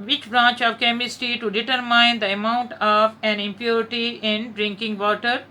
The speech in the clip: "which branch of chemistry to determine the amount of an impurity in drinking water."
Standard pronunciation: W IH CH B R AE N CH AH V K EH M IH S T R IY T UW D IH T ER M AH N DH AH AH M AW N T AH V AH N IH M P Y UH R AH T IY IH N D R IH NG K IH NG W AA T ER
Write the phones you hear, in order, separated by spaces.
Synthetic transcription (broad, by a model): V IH CH B R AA N CH AH V K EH M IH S T IY T UW D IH T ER M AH N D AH AH M AW N T AH V AH N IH M P Y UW R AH T IY IH N D R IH NG K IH NG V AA T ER